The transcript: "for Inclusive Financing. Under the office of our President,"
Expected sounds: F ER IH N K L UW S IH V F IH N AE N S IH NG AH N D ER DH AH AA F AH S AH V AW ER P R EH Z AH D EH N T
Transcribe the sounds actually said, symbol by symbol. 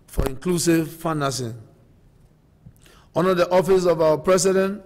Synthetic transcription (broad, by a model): F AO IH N K L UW S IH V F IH N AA S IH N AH D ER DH AA F AH S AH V AW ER P R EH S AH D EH N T